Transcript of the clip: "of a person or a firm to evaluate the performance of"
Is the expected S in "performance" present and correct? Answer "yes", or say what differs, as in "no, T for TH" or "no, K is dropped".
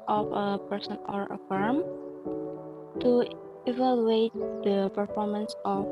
yes